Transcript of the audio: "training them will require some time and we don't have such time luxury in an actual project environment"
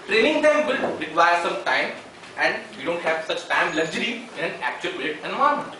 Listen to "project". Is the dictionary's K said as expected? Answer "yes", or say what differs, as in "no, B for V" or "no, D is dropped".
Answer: no, K is dropped